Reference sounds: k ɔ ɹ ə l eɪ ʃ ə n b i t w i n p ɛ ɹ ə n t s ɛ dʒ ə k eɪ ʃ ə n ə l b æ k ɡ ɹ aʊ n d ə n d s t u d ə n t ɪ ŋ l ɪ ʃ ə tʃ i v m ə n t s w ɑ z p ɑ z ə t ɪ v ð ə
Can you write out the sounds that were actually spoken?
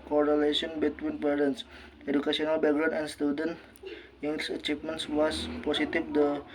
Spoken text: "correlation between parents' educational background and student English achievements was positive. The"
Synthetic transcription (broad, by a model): k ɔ ɹ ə l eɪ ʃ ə n b i t w i n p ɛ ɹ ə n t s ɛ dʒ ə k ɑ s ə n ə l b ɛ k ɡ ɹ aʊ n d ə n s t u d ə n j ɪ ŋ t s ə tʃ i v m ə n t s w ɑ s p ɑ s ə t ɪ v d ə